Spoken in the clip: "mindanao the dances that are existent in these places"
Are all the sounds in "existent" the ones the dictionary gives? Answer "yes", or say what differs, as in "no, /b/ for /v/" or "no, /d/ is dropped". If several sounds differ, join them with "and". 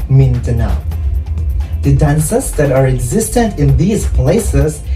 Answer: yes